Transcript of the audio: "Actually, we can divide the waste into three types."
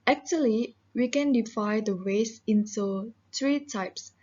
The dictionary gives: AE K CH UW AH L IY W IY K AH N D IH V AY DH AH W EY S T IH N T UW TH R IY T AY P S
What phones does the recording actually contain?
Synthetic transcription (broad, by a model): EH K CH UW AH L IY W IY K AH N D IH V AY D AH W EY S IH N T UW T R IY T AY P S